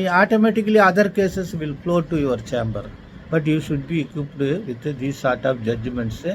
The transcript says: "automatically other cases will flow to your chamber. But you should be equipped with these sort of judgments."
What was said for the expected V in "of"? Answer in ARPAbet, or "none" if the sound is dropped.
P